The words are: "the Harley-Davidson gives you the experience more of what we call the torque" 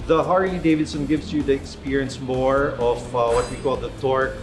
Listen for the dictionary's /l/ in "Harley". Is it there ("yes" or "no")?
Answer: no